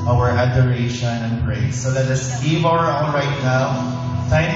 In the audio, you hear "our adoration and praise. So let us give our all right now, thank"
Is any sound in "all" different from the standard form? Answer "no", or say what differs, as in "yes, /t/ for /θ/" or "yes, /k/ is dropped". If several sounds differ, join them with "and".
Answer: yes, /n/ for /l/